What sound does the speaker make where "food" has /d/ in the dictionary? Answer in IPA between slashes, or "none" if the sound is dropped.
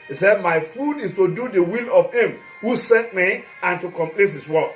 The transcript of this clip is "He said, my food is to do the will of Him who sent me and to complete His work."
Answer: /d/